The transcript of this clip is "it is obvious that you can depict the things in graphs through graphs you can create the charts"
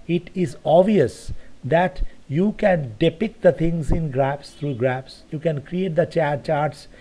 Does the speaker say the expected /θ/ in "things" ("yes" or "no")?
no